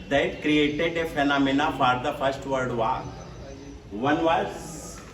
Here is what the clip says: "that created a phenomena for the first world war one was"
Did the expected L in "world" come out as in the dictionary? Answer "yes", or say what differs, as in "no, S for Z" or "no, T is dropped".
no, L is dropped